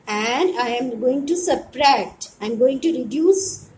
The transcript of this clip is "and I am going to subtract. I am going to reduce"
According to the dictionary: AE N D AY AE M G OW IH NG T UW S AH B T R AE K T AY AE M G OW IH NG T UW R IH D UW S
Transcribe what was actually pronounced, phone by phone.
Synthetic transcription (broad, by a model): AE N D AY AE M G OW IH NG T UW S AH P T R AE T AY M G OW IH NG T UW R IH D UW S